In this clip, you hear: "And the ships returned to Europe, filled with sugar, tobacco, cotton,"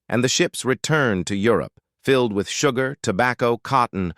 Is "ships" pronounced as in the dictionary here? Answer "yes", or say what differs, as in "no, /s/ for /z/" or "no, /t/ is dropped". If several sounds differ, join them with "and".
yes